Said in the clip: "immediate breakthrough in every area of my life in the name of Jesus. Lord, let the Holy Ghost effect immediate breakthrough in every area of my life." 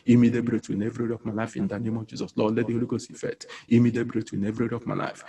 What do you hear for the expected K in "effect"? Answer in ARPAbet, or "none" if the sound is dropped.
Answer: none